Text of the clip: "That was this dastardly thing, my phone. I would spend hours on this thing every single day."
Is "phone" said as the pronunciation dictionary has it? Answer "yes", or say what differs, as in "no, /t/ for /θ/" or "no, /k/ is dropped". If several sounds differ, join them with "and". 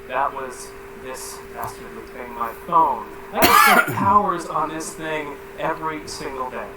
yes